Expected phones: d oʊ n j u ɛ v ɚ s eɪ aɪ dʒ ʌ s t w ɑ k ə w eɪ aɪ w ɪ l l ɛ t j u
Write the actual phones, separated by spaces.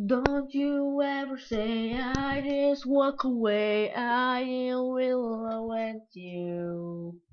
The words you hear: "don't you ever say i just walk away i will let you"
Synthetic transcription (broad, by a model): d oʊ n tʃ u ɛ v ɚ s eɪ aɪ dʒ ʌ s t w ɑ k ə w eɪ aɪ w ɪ l w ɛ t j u